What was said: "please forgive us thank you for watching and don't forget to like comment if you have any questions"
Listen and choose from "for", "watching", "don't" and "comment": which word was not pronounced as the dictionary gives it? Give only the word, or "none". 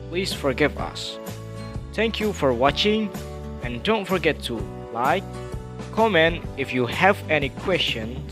comment